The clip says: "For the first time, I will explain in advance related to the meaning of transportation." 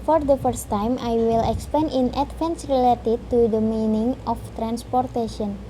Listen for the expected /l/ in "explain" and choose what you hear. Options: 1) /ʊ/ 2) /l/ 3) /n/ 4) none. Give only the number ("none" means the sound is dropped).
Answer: 4